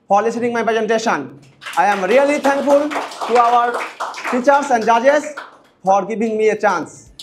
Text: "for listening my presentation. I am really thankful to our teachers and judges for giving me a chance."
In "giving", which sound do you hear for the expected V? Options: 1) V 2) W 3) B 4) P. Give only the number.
3